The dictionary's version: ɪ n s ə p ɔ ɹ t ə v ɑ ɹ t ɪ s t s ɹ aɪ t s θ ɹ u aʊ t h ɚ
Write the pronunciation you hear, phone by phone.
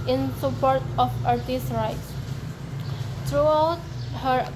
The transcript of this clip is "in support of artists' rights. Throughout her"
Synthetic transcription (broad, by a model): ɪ n s ə p ɔ ɹ t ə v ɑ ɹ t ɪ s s ɹ aɪ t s t ɹ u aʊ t h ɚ